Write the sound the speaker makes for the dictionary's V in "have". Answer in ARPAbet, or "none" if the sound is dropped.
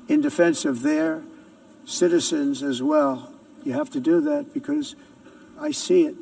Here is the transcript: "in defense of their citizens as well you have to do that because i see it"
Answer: F